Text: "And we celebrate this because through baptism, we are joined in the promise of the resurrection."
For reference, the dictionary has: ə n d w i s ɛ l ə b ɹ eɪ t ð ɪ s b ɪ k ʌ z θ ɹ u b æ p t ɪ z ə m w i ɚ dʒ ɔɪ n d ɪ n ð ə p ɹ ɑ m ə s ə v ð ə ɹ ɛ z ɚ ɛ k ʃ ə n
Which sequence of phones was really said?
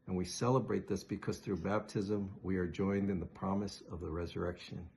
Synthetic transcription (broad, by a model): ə n w i s ɛ l ə b ɹ eɪ t ð ɪ s b ɪ k ʌ z θ ɹ u b æ p t ɪ z ə m w i ɚ dʒ ɔɪ n d ɪ n ð ə p ɹ ɑ m ə s ə v ð ə ɹ ɛ z ɚ ɛ k ʃ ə n